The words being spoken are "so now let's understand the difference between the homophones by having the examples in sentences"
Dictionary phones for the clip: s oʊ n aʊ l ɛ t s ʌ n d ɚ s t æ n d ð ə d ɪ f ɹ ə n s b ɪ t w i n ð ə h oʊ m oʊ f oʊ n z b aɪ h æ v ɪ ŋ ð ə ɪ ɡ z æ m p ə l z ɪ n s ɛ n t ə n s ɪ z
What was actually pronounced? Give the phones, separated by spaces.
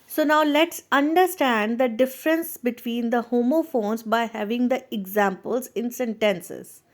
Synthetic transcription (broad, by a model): s oʊ n aʊ l ɛ t s ʌ n d ɚ s t æ n d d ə d ɪ f ɹ ə n s b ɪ t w i n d ə h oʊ m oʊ f oʊ n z b aɪ h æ v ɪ ŋ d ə ɪ ɡ z æ m p ə l z ɪ n s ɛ n t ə n s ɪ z